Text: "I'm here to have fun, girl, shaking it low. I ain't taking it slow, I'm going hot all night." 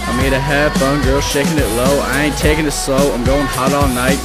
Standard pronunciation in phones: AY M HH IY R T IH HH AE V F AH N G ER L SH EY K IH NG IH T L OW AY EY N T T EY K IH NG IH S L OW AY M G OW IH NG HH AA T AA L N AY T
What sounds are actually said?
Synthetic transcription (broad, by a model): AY M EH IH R T IH HH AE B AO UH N G ER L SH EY K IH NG IH T L OW AY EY N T T EY K IH NG IH S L OW AY M G OW IH NG HH AA T AA L N AY T